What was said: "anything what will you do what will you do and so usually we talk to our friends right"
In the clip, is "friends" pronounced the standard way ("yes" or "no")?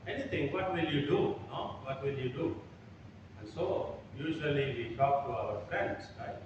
no